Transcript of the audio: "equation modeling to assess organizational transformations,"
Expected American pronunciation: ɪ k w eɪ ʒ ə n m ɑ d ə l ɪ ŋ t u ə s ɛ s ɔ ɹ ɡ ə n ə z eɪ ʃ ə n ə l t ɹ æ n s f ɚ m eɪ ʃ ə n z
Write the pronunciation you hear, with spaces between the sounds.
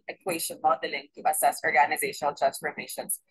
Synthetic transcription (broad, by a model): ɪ k w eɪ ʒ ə n m ɑ d ə l ɪ ŋ t u ə s ɛ s ɔ ɹ ɡ ə n ə z eɪ ʃ ə n ə l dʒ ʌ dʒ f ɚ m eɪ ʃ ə n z